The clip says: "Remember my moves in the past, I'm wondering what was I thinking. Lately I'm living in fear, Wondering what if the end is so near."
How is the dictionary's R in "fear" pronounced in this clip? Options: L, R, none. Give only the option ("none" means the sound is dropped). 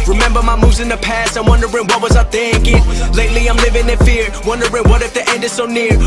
R